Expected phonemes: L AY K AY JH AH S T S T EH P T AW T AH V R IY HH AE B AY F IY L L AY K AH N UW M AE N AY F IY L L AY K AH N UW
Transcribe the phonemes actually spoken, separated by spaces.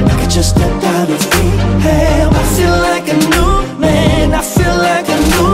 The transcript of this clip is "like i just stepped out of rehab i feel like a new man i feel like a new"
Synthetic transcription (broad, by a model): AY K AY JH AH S S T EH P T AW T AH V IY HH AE AY F IY L L AY K AH N UW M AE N AY F IY L L AY K AH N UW